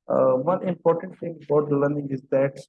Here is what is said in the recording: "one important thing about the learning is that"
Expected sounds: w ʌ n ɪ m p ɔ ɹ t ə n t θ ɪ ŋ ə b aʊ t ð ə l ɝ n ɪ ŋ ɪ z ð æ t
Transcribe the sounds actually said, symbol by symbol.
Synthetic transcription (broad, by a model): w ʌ n ɪ m p ɔ ɹ t ə n t t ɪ ŋ ə b aʊ t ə l ɝ n ɪ ŋ ɪ z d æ t